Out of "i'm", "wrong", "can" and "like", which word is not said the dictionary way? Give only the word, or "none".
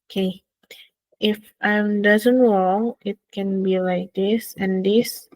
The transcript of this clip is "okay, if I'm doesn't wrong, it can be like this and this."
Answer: wrong